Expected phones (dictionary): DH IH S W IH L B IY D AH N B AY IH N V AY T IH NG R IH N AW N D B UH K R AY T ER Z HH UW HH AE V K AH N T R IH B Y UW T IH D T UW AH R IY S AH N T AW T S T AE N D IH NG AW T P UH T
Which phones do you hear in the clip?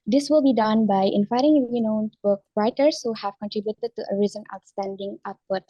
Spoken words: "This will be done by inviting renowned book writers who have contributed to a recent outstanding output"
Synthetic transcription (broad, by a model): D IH S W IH L B IY D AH N B AY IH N F AY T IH NG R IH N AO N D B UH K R AY T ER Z HH UW HH AE V K AH N T R IH B Y UW T IH D T UW AH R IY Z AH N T AW T S T AE N D IH NG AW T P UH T